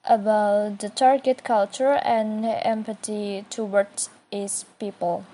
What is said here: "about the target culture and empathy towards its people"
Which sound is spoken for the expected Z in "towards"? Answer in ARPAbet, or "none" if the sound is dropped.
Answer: none